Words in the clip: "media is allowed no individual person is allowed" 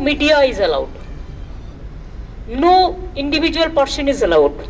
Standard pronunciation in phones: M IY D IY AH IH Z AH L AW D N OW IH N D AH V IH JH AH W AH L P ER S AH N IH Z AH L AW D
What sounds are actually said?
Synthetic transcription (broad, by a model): M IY D IY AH IH Z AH L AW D N OW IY N D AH B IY JH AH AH L P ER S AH N IH Z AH L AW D